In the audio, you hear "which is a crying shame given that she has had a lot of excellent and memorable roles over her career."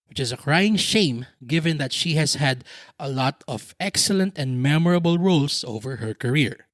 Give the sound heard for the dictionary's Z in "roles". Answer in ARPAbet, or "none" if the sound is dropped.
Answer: S